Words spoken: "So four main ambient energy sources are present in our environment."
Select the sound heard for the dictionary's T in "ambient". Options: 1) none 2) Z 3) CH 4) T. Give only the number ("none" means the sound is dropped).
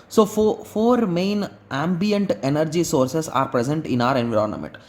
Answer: 4